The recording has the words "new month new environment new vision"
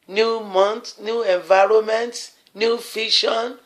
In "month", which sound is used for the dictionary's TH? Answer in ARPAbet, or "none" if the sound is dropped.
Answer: T